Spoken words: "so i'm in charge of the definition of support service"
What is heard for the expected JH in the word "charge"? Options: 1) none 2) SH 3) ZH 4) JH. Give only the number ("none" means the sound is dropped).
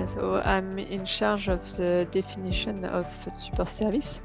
3